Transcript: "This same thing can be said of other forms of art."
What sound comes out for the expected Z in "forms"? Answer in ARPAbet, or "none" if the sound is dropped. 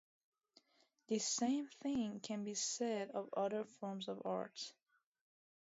Z